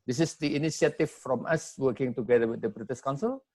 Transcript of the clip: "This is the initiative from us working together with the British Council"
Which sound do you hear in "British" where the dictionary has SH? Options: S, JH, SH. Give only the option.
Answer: S